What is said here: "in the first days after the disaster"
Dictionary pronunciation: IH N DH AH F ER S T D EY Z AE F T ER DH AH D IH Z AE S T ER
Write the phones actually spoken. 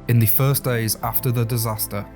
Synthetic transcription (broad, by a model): IH N DH AH F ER S D EY Z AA F T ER DH AH D IH Z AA S T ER